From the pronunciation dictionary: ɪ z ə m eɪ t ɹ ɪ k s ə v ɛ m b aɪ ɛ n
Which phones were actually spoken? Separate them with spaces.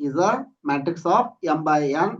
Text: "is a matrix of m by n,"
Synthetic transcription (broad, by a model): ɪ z ə m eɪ t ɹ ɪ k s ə p ɛ m b aɪ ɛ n